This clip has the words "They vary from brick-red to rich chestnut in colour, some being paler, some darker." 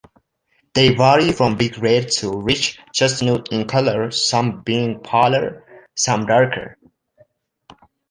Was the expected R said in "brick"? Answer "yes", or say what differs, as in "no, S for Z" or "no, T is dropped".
no, R is dropped